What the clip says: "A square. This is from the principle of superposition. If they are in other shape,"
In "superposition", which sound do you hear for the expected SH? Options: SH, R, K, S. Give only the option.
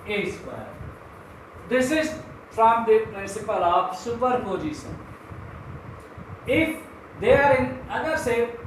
S